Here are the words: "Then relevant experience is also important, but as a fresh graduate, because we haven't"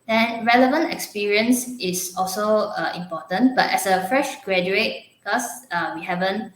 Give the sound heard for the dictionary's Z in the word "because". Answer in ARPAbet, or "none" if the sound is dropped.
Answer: none